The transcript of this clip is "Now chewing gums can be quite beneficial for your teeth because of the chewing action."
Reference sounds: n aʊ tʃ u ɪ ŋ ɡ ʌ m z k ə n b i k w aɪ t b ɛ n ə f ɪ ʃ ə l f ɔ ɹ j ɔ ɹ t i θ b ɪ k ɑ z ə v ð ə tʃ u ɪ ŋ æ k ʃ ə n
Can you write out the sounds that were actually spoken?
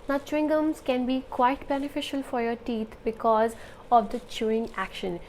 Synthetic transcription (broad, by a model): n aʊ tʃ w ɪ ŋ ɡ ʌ m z k ə n b i k w aɪ t b ɛ n ə f ɪ ʃ ə l f ɔ ɹ j ɔ ɹ t i t b ɪ k ɑ z ə v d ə tʃ u ɪ ŋ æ k ʃ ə n